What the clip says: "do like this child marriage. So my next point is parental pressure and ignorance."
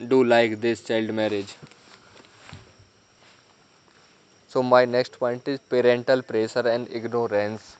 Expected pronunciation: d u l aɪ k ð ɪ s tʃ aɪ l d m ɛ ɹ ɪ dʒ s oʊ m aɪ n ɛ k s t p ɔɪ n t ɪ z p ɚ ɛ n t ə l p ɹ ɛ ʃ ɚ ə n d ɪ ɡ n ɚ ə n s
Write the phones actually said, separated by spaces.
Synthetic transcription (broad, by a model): d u l aɪ k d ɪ s tʃ aɪ l d m ɛ ɹ ɪ dʒ s oʊ m aɪ n ɛ k s t p ɔɪ n t ɪ z p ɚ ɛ n t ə l p ɹ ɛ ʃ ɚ ə n d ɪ ɡ n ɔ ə n s